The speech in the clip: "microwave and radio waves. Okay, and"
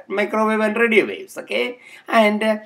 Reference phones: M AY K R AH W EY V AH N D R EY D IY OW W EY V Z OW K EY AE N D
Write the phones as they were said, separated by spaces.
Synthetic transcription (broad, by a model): M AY K R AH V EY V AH N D R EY D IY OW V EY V S OW K EY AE N D